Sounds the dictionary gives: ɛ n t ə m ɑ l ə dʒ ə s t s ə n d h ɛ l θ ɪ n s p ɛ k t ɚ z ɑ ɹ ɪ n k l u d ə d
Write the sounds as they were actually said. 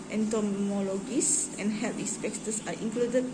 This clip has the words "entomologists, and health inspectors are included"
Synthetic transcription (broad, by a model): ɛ n t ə m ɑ l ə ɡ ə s s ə n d h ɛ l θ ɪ s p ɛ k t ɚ s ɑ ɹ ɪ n k l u d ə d